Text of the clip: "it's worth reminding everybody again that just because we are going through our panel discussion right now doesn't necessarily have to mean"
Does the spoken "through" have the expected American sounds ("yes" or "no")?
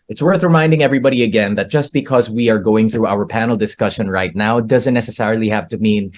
yes